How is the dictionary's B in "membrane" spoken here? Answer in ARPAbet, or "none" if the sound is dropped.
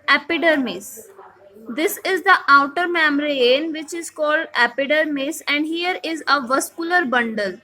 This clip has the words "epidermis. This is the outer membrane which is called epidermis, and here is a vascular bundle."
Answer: none